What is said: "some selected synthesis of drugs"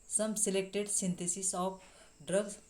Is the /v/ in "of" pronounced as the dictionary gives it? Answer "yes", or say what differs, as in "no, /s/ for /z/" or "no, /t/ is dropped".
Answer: no, /p/ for /v/